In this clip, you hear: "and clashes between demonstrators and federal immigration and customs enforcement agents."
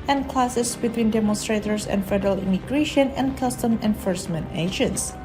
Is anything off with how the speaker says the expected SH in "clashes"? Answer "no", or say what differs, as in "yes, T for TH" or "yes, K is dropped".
yes, S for SH